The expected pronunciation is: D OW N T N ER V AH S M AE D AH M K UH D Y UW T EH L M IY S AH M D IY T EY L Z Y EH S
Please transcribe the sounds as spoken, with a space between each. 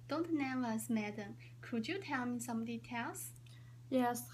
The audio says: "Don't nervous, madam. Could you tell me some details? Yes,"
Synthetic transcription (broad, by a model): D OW N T N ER AH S M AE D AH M K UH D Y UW T EH L M IY S AH M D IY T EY L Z Y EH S